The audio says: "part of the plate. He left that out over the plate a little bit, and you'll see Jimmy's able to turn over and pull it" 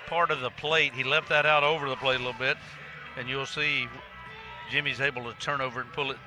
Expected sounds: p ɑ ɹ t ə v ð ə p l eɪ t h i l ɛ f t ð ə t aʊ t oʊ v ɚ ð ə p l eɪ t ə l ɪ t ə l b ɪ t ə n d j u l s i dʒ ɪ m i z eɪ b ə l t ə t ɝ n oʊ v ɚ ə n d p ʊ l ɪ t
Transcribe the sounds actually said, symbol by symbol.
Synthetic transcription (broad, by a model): p ɑ ɹ t ə v ð ə p l eɪ t h i l ɛ f t ð ə t aʊ t oʊ v ɚ ð ə p l eɪ t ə l ɪ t l b ɪ t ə n j u l s i dʒ ɪ m i z eɪ b l t ə t ɝ n oʊ v ɚ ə n p ʊ l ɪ t